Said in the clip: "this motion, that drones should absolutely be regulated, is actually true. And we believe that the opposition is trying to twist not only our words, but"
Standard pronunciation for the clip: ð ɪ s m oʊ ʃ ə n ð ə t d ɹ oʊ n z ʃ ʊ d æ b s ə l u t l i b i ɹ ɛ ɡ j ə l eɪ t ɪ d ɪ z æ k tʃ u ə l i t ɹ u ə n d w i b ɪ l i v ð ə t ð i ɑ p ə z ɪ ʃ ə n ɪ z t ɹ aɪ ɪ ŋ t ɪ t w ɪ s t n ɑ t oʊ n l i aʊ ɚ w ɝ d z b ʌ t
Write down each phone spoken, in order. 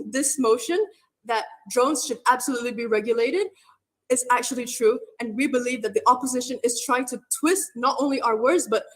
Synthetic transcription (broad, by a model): ð ɪ s m oʊ ʃ ə n ð ə t d ɹ oʊ n z ʃ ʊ d æ b s ə l u t l i b i ɹ ɛ ɡ j ə l eɪ t ɪ d ɪ z æ k tʃ u ə l i t ɹ u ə n w i b ɪ l i v ð ə t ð i ɑ p ə z ɪ ʃ ə n ɪ z t ɹ aɪ ɪ ŋ t ɪ t w ɪ s t n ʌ t oʊ n l i aʊ ɚ w ɝ d z b ʌ t